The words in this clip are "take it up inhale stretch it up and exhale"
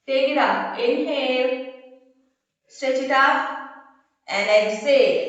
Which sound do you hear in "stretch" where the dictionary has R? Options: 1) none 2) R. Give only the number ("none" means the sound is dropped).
1